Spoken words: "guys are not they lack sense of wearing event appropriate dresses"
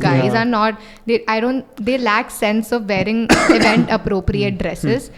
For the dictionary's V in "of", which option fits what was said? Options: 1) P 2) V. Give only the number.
2